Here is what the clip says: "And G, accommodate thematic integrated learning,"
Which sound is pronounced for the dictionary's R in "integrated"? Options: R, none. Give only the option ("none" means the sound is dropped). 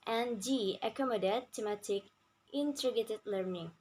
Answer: none